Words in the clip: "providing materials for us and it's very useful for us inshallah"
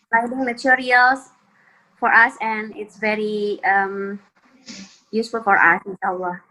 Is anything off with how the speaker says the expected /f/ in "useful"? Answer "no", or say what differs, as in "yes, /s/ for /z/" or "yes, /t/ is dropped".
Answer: no